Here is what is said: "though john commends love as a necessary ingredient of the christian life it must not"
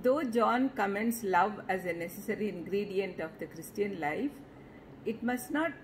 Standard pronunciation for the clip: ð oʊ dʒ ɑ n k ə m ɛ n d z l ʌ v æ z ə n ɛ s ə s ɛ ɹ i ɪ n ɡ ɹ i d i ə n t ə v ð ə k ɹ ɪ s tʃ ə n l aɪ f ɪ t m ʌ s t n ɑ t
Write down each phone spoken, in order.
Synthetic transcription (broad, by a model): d oʊ dʒ ɑ n k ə m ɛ n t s l ʌ v æ z ə n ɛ s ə s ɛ ɹ i ɪ n ɡ ɹ i d i ə n t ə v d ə k ɹ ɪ s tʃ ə n l aɪ f ɪ t m ʌ s t n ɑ t